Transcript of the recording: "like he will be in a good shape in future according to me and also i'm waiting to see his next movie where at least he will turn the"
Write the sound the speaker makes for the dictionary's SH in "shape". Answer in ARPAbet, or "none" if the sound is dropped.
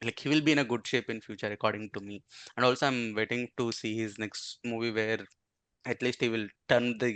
SH